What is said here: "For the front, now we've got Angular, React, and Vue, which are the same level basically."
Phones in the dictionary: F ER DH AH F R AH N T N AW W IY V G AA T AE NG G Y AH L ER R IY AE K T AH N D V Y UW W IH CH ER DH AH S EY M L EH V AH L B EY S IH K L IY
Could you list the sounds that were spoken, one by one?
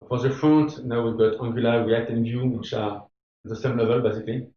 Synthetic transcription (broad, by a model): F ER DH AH F R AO N T N AW W IY V G AA T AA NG G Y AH L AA W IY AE T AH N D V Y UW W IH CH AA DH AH S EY M L EH V AH L B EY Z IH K L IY